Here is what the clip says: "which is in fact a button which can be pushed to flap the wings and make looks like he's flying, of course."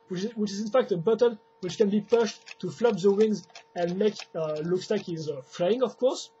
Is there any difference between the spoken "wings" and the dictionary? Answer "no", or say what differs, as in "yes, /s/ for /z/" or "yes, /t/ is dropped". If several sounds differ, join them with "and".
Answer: no